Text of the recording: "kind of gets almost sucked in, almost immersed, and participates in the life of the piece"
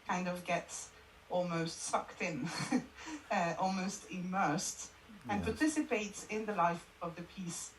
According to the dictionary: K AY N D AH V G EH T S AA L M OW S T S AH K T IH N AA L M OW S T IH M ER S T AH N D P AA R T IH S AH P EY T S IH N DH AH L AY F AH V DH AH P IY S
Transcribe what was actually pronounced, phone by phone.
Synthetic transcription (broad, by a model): K AY N D AH V G EH T S AA L M OW S T S AH K T IH N AA L M OW S T IH M ER S T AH N P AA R T IH S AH P EY T S IH N DH AH L AY F AH V DH AH P IY S